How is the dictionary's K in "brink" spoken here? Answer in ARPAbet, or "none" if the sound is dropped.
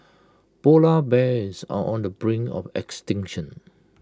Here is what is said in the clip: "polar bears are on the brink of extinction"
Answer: none